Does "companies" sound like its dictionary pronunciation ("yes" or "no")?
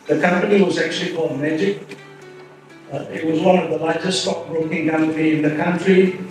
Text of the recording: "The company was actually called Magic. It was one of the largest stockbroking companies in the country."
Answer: no